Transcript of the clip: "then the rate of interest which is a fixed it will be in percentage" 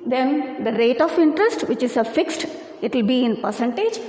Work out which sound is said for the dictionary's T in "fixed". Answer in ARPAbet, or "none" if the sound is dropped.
T